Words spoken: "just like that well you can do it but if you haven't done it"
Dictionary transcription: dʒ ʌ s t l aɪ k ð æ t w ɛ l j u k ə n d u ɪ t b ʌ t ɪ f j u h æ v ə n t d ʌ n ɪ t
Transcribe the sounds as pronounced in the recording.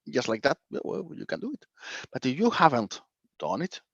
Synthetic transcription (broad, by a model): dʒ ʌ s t l aɪ k ð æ t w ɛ w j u k ə n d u ɪ t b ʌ t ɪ j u h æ v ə n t d ʌ n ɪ t